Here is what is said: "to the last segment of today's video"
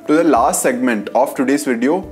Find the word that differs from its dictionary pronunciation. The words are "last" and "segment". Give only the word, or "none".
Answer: none